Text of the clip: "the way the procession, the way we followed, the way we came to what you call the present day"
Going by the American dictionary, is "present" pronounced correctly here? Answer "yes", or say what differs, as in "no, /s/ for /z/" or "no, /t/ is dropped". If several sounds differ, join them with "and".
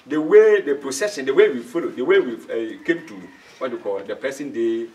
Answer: no, /ɹ/ is dropped and /s/ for /z/